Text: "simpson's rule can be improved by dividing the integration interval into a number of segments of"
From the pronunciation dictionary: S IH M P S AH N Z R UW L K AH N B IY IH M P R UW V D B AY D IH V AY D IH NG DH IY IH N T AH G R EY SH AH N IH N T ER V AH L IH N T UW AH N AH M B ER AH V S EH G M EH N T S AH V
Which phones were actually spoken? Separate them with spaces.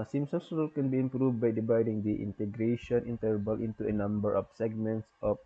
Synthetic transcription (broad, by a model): S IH M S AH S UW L K AH N B IY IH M P R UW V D B AY D IH V AY D IH NG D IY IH N T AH G R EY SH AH N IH N T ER B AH L IH N T UW AH N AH M B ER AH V S EH G M EH N T S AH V